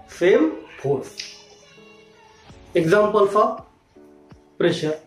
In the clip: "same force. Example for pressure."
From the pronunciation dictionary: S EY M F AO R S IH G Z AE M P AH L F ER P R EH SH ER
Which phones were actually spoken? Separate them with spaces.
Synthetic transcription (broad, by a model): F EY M P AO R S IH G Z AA M P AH L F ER P R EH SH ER